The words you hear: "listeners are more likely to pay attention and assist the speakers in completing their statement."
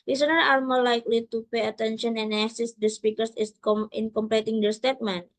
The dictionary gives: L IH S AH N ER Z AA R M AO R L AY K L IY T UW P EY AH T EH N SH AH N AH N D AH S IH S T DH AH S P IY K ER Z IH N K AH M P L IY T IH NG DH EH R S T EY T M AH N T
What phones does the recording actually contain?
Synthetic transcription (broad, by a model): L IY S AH N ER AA L M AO L AY K L IY T UW P EY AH T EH N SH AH N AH N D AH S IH S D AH S P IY K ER S IH N K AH M P L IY T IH NG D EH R S T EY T M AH N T